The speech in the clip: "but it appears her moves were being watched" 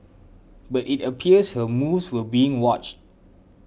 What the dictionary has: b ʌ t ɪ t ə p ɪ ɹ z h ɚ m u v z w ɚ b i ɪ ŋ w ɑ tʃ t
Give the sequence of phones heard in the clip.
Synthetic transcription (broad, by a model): b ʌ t ɪ t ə p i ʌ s h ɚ m u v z w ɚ b i ɪ ŋ w ɑ tʃ t